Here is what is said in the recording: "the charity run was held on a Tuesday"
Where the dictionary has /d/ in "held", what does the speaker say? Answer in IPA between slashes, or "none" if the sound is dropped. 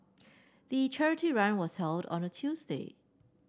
/d/